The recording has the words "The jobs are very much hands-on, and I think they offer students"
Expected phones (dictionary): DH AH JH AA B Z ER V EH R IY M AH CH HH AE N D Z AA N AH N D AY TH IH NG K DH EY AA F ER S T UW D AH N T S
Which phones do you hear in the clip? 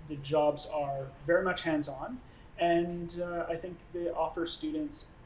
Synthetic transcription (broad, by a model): DH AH JH AA B Z ER V EH R IY M AH CH HH AE N D Z N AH N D AY TH IH NG K DH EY AA F ER S T UW D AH N T S